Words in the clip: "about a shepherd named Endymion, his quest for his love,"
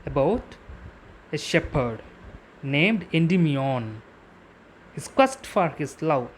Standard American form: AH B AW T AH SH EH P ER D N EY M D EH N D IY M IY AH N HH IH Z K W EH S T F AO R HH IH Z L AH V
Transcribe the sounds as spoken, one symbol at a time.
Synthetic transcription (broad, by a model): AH B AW T AH SH EH P ER D N EY M D EH N D IY M IY AH N HH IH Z K W EH S T F AO R HH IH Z L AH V